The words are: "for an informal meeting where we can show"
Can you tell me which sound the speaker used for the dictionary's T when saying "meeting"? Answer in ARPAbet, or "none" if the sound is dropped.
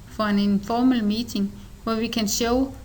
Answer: S